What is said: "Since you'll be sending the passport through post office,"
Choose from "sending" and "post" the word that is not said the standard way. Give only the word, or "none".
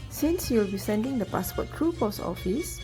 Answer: post